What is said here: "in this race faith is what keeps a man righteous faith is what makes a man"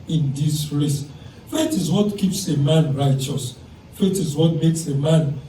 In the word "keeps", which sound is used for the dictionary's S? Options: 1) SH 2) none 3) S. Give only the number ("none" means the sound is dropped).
3